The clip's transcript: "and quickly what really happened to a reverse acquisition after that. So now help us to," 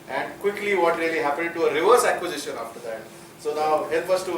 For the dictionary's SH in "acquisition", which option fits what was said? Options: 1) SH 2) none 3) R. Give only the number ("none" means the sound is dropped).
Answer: 1